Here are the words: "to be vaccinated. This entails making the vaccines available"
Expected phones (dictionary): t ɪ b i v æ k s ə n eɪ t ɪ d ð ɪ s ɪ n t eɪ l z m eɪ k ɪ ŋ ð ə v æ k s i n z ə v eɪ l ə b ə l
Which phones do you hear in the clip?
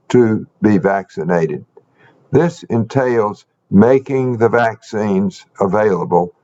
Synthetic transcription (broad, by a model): t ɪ b i v æ k s ə n eɪ t ɪ d ð ɪ s ɪ n t eɪ l z m eɪ k ɪ ŋ ð ə v æ k s i n z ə v eɪ l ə b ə l